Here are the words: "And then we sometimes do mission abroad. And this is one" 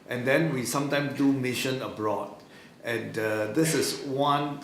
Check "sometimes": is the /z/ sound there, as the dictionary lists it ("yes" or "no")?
no